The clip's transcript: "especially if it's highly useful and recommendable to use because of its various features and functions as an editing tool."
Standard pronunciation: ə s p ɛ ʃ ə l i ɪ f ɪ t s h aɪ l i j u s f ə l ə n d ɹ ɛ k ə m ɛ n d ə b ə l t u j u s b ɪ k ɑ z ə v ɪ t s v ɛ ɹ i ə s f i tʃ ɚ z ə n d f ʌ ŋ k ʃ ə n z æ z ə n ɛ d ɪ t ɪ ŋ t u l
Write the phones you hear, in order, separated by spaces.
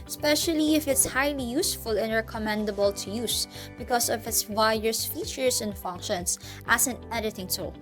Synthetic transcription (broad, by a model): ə s p ɛ ʃ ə l i ɪ f ɪ t s h aɪ l i j u s f ə l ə n ɹ ɛ k ə m ɛ n d ə b ə l t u j u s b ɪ k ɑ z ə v ɪ t s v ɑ i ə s f i tʃ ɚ s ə n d f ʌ ŋ k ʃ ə n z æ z ə n ɛ d ɪ t ɪ ŋ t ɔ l